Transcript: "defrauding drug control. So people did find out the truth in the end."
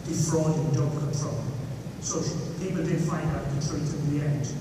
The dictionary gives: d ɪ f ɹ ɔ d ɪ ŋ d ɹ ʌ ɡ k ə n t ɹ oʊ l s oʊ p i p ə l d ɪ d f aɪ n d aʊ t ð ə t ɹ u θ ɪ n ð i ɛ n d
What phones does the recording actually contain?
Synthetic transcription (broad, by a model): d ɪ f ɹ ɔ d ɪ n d ʌ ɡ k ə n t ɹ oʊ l s oʊ p i p ə l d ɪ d f aɪ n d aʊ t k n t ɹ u f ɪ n ð i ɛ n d